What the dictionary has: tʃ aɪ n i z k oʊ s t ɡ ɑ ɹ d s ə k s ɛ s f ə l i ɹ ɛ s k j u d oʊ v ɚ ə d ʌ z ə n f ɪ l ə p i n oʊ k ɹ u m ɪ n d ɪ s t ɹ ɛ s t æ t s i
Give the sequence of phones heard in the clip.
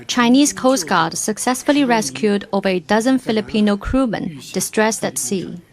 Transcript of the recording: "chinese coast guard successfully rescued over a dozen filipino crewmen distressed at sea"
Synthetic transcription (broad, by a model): tʃ aɪ n i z k oʊ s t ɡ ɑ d s ə k s ɛ s f ə l i ɹ ɛ s k j u d oʊ v ɚ ə d ʌ z ə n f ɪ l ə p i n oʊ k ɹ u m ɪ n d ɪ s t ɹ ɛ s t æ t s i